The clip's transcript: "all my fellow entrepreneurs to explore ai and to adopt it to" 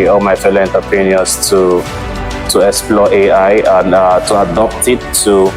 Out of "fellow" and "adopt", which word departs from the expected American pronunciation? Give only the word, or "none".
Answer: none